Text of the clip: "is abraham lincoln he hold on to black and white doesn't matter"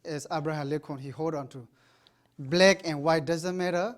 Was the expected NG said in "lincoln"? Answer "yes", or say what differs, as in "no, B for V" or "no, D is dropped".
no, NG is dropped